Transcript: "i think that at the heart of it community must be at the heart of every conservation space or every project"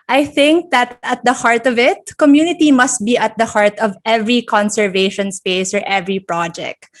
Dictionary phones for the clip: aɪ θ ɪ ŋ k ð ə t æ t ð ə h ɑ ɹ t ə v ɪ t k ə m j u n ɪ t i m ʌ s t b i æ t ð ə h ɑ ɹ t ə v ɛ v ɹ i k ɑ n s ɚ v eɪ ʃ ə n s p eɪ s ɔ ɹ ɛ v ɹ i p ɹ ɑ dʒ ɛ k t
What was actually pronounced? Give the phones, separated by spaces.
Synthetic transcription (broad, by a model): aɪ θ ɪ ŋ k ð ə t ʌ t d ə h ɑ ɹ t ə v ɪ t k ə m j u n ɪ t i m ʌ s t b i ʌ t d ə h ɑ ɹ t ə v ɛ v ɹ i k ɑ n s ɚ v eɪ ʃ ə n s p eɪ s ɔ ɹ ɛ v ɹ i p ɹ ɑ dʒ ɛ k t